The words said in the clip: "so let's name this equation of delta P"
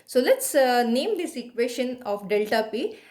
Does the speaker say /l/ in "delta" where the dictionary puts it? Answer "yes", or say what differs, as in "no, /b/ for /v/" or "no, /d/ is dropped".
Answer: yes